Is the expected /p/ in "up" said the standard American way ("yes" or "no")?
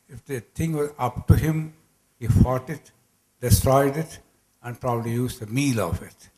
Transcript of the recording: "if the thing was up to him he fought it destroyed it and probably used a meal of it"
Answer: yes